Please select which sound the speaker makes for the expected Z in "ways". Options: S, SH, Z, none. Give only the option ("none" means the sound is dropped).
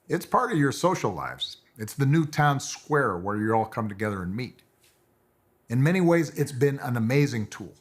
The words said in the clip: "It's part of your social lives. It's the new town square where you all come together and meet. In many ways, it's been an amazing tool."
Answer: Z